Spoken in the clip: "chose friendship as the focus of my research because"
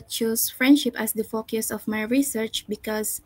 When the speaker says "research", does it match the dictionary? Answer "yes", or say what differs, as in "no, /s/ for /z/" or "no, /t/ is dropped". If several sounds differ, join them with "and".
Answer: yes